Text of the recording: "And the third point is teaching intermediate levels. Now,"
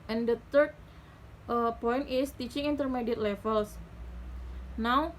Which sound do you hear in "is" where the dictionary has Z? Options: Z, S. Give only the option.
S